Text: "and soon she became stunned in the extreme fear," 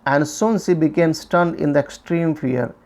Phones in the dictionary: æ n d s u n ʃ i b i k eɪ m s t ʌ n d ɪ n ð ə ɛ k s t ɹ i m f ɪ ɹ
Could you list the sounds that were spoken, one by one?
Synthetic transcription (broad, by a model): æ n d s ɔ n s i b i k eɪ m s t ʌ n d ɪ n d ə ɛ k s t ɹ i m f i ɹ